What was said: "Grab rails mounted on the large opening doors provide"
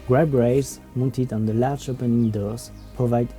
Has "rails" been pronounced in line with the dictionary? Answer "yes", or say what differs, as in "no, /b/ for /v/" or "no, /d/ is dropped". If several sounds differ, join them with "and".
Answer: no, /l/ is dropped